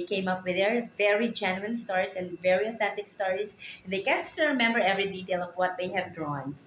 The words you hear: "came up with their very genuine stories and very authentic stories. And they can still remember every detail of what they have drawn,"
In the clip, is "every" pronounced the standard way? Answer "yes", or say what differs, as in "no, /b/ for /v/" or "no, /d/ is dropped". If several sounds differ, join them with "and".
yes